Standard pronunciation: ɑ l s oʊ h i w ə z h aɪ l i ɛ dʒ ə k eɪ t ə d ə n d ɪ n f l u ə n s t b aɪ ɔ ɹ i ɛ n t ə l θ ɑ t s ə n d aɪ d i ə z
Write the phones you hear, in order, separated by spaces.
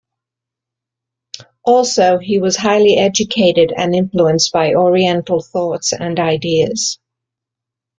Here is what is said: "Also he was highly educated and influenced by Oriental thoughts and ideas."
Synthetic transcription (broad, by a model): ɑ l s oʊ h i w ə z h aɪ l i ɛ dʒ ə k eɪ t ə d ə n ɪ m f l u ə n s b aɪ ɔ ɹ i ɛ n t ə l θ ɑ t s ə n aɪ d i ə z